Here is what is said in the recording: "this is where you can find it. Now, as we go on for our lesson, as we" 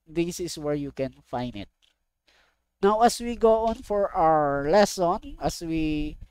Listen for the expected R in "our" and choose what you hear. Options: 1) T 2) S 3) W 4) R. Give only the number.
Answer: 4